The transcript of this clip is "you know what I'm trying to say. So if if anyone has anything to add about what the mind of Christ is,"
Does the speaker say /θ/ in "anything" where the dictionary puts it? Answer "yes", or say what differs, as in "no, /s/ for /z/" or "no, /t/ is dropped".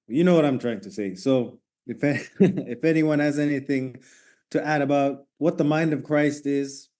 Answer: yes